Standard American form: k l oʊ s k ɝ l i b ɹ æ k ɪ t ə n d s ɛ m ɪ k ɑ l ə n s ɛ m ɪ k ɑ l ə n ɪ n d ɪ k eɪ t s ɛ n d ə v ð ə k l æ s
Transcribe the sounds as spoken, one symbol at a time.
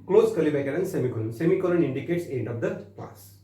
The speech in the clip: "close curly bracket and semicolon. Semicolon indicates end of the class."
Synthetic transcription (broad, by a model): k l oʊ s k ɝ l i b ɛ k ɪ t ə n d s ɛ m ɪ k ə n s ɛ m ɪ k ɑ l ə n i n d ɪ k eɪ t s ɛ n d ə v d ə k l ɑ s